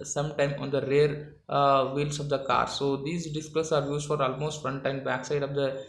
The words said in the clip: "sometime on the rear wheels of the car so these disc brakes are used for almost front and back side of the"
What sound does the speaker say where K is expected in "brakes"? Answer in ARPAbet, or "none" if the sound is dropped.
none